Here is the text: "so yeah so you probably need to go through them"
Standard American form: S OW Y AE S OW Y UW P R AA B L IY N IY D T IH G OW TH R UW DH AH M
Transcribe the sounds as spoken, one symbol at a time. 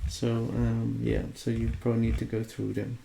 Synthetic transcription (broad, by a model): S OW Y AE S OW Y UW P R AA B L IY N IY D T IH G OW TH R UW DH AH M